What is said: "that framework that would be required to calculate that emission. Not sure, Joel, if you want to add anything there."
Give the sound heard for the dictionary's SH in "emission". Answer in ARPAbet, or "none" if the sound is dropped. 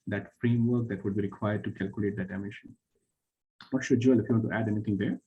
SH